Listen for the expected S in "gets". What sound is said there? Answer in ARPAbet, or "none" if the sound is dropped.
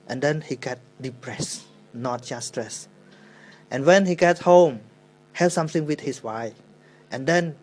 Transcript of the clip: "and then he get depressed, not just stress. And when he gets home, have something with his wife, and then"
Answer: none